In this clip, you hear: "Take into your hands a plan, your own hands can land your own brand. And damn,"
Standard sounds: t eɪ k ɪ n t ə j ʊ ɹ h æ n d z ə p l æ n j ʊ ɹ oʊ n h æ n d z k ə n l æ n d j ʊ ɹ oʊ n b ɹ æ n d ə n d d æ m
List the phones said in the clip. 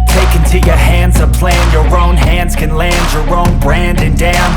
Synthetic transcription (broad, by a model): t eɪ k ɪ n t ə j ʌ ɹ h æ n d z ə p l æ n j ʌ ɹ oʊ n h æ n d z k ə n l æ n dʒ j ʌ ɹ oʊ n b ɹ æ n d ə n d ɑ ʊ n